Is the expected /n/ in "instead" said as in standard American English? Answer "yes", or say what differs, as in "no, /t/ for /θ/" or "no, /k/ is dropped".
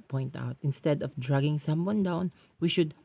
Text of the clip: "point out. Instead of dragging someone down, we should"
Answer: yes